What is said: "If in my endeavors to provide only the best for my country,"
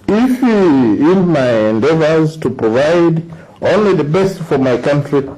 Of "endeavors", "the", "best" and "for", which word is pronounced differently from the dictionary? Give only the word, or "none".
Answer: none